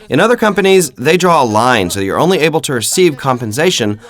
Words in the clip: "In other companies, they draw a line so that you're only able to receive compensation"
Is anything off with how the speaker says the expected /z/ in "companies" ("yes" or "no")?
no